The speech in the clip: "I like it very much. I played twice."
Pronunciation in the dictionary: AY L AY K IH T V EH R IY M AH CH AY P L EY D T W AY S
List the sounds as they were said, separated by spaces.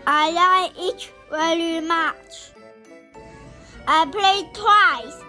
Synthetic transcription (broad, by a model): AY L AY IH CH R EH L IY M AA CH AY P L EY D T W AY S